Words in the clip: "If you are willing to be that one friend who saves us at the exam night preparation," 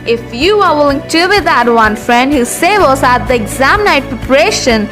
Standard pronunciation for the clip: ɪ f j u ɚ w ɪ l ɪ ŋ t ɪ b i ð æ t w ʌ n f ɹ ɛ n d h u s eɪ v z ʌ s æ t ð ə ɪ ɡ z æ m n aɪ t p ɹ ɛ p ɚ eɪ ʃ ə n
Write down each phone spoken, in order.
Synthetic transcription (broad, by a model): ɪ f j u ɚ w ɪ l ɪ ŋ t ɪ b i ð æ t w ʌ n f ɹ ɛ n d h u s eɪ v ʌ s æ t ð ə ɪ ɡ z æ m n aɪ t p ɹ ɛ p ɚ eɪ ʃ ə n